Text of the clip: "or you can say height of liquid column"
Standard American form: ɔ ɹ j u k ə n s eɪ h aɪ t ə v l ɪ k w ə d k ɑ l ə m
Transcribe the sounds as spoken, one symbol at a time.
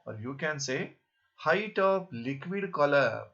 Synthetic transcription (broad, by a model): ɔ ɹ j u k ə n s eɪ h aɪ t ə p l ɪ k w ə d k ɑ l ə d